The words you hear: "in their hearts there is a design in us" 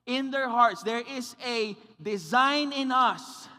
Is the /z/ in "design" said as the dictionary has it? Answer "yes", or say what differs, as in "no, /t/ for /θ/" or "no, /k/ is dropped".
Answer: yes